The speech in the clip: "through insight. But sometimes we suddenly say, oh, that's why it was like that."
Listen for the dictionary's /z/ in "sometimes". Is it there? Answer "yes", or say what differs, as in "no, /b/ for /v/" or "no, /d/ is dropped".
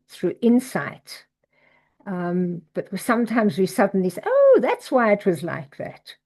yes